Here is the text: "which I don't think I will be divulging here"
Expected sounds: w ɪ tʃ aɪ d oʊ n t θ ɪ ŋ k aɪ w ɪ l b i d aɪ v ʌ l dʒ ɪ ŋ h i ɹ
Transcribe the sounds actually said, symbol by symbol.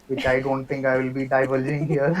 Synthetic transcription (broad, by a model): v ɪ tʃ aɪ d oʊ n t t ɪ ŋ k aɪ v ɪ l b i d aɪ v ʌ l dʒ ɪ ŋ h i ɹ